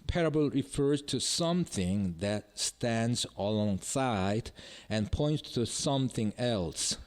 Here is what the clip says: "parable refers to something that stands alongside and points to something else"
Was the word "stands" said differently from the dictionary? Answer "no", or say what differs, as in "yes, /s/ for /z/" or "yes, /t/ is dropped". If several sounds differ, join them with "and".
no